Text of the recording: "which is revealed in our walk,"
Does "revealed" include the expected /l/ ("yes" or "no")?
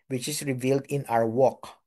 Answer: yes